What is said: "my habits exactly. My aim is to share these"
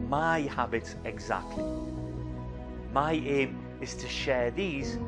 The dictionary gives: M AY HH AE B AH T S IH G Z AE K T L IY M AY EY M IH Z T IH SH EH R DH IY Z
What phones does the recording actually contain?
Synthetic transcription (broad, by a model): M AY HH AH B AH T IH G Z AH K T L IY M AY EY M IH S T IH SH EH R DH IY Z